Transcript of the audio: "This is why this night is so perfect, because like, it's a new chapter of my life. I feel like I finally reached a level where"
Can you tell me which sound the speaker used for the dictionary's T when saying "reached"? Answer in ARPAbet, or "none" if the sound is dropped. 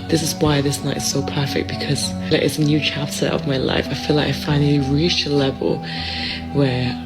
none